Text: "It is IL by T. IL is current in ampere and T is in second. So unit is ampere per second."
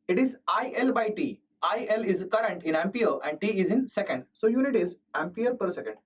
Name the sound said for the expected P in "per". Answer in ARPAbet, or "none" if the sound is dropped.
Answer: P